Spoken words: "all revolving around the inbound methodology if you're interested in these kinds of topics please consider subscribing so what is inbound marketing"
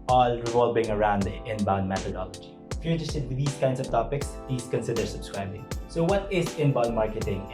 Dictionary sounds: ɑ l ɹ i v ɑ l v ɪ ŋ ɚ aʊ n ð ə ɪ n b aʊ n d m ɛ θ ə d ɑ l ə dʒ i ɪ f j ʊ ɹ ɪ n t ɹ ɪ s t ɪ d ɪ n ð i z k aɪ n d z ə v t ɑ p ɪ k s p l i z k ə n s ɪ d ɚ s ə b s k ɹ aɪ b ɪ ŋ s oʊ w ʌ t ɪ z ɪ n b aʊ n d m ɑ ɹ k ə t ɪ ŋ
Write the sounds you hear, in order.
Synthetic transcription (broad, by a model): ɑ l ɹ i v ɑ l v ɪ ŋ ɚ aʊ n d ɪ n b aʊ n d m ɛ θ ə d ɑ l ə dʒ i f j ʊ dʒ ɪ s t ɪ t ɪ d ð i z k aɪ n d s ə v t ɑ p ɪ k s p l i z k ə n s ɪ d ɚ s ə b s k ɹ aɪ b ɪ ŋ s oʊ w ʌ t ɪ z ɪ n b aʊ n d m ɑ ɹ k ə t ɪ ŋ